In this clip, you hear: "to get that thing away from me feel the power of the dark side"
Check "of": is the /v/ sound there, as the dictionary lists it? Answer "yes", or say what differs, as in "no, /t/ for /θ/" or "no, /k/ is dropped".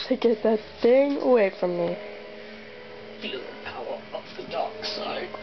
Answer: no, /p/ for /v/